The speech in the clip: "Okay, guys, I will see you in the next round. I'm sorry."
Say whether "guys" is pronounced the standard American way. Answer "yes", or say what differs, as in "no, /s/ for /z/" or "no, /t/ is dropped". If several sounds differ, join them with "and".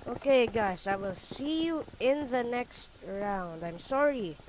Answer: no, /s/ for /z/